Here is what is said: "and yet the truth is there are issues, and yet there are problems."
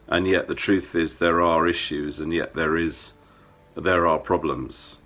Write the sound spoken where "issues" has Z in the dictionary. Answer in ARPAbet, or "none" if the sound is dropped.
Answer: Z